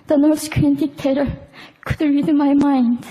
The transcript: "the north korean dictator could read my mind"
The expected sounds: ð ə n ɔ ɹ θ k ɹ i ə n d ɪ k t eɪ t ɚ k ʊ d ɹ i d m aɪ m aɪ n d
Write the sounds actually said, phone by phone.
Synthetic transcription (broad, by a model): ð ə n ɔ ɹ s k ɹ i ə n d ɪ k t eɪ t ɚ k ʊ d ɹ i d m aɪ m aɪ n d